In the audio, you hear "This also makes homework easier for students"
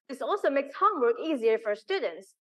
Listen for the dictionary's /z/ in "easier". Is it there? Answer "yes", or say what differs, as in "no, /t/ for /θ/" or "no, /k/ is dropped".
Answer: yes